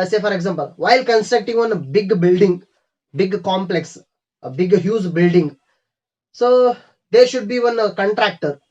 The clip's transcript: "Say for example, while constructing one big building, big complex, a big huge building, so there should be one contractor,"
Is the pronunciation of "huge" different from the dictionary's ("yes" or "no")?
yes